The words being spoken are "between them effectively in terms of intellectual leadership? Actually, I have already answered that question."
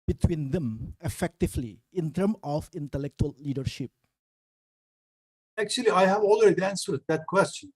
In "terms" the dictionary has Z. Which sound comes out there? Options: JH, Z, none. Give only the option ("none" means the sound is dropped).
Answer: none